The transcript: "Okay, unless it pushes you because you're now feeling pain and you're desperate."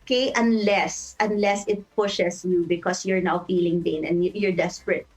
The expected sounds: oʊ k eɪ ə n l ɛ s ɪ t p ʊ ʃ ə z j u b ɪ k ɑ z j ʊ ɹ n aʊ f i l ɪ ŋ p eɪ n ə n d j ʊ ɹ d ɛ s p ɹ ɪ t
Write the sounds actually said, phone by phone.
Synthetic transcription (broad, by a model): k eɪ ə n l ɛ s ɪ t p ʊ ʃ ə s j u b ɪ k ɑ s j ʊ ɹ n aʊ f i l ɪ ŋ b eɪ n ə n j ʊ ɹ d ɛ s p ɹ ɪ t